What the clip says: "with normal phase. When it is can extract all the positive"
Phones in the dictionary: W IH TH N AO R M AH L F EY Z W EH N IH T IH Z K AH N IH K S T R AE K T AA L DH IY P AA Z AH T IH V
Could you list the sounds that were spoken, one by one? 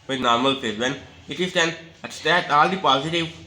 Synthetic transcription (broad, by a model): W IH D N AO R M AH L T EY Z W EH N IH T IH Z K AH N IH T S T AE T AA L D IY P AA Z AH T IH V